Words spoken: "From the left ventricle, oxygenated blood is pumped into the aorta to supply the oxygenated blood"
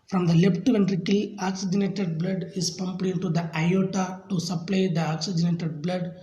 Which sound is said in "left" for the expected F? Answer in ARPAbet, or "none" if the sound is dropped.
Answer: P